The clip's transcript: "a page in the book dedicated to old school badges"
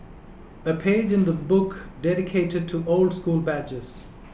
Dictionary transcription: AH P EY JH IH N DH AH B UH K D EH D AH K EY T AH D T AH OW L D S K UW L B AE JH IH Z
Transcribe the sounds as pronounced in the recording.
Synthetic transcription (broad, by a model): AH P EY JH IH N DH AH B UH K D EH D AH K EY T AH D T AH OW L D S K UW L B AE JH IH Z